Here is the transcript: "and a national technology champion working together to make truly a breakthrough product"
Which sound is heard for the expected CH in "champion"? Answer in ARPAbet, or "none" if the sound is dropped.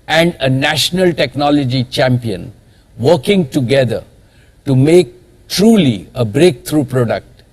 CH